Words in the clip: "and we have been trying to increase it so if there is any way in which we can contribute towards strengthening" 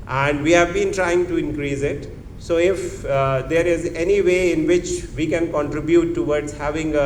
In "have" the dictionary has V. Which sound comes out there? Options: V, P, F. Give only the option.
V